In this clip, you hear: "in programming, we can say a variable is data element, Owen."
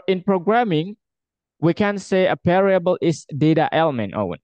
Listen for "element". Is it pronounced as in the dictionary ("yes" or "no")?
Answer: yes